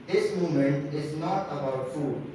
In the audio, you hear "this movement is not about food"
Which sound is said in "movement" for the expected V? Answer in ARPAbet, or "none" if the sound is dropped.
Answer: none